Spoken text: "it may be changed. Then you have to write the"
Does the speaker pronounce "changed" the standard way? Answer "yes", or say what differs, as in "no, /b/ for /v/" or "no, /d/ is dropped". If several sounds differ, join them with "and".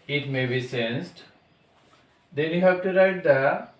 no, /s/ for /tʃ/